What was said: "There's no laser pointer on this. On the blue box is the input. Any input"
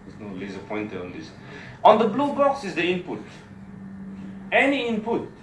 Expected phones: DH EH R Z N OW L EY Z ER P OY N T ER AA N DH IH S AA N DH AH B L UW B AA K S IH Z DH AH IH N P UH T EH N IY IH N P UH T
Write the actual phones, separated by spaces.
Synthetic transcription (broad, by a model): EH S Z N OW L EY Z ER P OY N T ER AA N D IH S AA N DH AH B L UW B AA K S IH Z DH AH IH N P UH T EH N IY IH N P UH T